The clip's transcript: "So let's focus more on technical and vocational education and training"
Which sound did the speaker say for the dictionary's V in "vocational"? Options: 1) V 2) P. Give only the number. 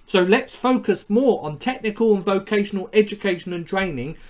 1